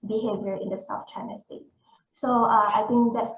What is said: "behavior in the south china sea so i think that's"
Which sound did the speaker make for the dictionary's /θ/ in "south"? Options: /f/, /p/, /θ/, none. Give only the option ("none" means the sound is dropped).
/f/